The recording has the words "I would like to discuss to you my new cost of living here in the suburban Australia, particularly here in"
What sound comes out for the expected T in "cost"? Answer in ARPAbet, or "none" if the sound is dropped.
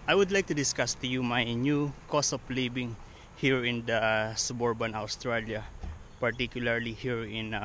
none